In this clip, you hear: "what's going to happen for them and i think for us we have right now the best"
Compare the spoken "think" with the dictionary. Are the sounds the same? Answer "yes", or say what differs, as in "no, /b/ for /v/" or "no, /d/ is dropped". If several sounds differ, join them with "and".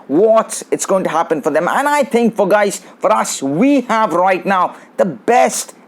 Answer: yes